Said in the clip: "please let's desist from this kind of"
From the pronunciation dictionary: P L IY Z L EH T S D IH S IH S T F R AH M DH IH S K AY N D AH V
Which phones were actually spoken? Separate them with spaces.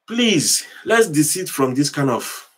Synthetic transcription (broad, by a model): P L IY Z L EH T S D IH S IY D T F R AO M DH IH S K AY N AH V